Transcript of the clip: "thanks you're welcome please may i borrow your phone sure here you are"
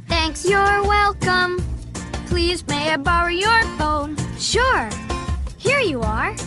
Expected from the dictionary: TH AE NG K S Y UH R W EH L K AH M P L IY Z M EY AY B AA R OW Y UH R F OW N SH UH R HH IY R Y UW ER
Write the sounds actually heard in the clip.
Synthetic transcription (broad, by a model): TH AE NG K S Y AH R W EH L K AH M P L IY Z M EY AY B AA R OW Y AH R F OW N SH UH R HH IY R Y UW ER